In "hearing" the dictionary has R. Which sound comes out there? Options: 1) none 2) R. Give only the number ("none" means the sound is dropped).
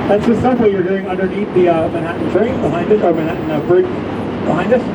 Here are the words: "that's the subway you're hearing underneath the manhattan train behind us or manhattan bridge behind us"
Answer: 1